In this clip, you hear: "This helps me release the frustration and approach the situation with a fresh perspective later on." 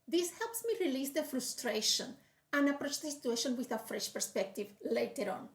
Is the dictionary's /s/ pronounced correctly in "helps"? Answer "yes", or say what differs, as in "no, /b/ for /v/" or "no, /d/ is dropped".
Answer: yes